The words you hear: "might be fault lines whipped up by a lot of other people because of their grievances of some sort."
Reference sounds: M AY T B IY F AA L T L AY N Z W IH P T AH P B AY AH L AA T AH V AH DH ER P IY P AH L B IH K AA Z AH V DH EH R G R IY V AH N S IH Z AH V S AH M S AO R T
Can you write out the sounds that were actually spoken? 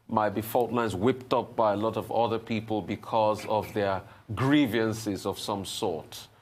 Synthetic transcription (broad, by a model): M AY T B IY F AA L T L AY N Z W IH P T AH P B AY AH L AA T AH V AH DH ER P IY P AH L B IH K AA Z AH V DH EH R G R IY V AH N S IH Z AH V S AH M S AO R T